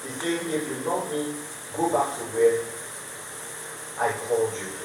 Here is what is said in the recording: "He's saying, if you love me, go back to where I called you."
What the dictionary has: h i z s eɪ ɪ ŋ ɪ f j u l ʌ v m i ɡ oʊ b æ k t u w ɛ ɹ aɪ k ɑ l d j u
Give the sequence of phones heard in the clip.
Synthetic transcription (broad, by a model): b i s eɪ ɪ ɪ f j u n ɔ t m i ɡ oʊ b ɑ k t u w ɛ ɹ aɪ k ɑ l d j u